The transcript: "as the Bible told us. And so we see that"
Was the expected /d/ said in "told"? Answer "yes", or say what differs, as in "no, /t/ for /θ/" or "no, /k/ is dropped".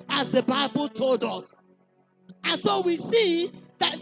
yes